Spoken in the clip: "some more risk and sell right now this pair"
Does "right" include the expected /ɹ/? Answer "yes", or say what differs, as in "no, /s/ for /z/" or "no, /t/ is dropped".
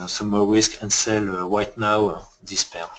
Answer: no, /w/ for /ɹ/